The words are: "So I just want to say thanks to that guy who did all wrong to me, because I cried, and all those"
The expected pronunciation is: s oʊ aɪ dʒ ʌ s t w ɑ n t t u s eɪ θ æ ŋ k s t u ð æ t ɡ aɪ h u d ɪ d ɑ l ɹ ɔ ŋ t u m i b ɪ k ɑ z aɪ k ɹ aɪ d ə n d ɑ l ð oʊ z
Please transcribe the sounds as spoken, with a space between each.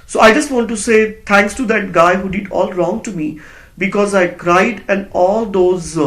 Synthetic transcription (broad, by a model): s oʊ aɪ dʒ ʌ s t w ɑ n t t u s eɪ t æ ŋ k s t u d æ t ɡ aɪ h u d ɪ d ɑ l ɹ ɔ ŋ t u m i b ɪ k ɑ z aɪ k ɹ aɪ d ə n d ɑ l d oʊ z